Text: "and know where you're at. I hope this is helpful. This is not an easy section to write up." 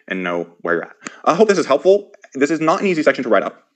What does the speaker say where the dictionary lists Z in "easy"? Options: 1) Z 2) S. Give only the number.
1